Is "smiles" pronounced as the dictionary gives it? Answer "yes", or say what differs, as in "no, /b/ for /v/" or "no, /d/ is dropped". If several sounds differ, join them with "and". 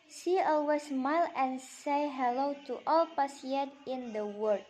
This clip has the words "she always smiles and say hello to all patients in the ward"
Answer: no, /z/ is dropped